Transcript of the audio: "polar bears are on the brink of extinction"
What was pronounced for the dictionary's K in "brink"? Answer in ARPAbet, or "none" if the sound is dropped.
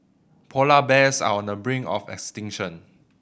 none